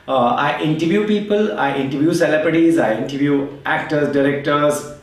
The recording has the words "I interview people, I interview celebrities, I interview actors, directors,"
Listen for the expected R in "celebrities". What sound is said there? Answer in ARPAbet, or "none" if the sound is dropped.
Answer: none